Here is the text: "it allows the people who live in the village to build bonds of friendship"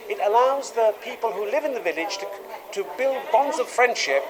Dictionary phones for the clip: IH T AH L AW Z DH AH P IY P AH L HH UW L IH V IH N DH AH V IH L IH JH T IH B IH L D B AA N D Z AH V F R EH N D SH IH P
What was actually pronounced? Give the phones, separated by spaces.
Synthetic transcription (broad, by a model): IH T AH L AW Z DH AH P IY P AH L HH UW L IH V IH N DH AH V IH L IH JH T IH B IH L D B AA N D Z AH V F R EH N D SH IH P